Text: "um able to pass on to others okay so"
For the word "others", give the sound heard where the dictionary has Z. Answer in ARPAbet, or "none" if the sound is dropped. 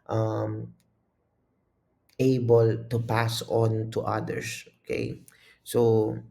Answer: S